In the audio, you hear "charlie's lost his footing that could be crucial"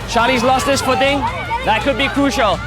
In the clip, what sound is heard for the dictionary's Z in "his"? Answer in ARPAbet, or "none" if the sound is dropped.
S